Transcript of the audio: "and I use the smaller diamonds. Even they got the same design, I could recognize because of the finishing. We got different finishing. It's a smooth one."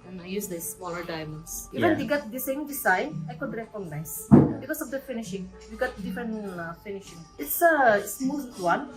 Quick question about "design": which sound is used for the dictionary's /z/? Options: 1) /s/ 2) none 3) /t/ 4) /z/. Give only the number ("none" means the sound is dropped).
1